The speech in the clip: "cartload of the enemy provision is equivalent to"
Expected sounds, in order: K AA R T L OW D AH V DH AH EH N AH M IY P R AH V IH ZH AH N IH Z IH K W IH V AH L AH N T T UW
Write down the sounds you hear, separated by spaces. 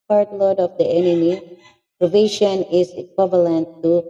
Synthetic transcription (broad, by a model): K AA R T L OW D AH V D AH EH N AH M IY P R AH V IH SH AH N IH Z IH K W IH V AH L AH N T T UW